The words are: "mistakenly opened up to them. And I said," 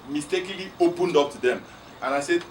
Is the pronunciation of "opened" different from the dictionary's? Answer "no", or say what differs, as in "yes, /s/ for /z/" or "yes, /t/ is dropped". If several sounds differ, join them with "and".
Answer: no